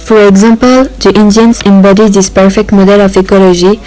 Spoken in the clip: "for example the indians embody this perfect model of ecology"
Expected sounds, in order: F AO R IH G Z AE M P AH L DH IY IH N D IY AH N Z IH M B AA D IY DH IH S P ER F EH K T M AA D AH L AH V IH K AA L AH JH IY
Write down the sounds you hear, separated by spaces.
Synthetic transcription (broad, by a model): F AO R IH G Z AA M P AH L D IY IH N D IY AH N S IH M B AA D IY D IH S P ER F EH K T M AA D AH L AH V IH K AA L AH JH IY